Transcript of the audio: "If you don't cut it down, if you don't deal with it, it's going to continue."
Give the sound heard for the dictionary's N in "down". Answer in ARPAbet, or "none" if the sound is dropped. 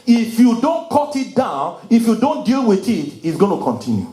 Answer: N